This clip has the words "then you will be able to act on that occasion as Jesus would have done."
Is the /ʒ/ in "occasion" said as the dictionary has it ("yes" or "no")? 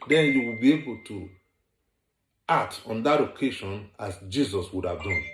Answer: no